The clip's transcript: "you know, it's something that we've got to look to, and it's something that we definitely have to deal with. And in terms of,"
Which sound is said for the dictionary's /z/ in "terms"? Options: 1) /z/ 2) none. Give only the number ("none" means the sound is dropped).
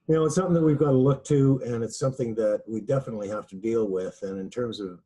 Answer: 1